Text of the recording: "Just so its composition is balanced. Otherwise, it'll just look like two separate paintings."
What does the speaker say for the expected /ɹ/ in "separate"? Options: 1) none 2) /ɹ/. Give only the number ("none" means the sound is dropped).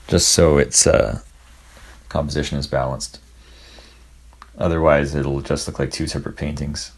2